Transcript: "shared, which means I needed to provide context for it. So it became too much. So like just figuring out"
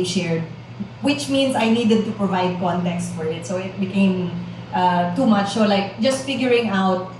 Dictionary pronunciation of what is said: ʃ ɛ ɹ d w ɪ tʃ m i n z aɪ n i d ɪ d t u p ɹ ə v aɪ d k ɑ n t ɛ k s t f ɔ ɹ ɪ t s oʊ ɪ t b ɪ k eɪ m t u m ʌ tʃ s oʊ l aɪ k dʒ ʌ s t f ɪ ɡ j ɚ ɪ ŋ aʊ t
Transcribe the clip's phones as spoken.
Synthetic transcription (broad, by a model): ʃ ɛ ɹ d w ɪ tʃ m i n s aɪ n i d ɪ d t u p ɹ ə v aɪ d k ɑ n t ɛ k s t f ɔ ɹ ɪ t s oʊ ɪ t b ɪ k eɪ m t u m ʌ tʃ s oʊ l aɪ k dʒ ʌ s t f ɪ ɡ j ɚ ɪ ŋ aʊ t